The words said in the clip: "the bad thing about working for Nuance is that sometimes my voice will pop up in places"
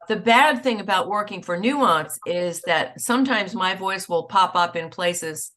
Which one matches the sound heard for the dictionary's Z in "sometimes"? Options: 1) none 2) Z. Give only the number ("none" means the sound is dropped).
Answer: 2